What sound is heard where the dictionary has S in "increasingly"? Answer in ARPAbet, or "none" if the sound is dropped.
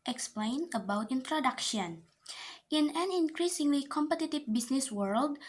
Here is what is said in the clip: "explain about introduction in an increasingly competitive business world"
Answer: S